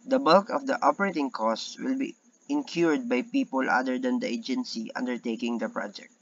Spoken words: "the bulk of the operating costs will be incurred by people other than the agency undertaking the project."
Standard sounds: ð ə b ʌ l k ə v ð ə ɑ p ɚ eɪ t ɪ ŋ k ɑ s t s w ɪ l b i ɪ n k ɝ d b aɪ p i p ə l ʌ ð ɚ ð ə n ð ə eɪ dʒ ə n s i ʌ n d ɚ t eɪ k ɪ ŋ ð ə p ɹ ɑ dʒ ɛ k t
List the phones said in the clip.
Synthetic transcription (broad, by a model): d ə b ʌ l k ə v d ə ɑ p ɚ eɪ t ɪ ŋ k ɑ s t w ɪ l b i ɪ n k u d b aɪ p i p ə l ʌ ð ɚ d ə n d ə eɪ dʒ ə n s i ʌ n d ɚ t eɪ k ɪ ŋ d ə p ɹ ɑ dʒ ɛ k t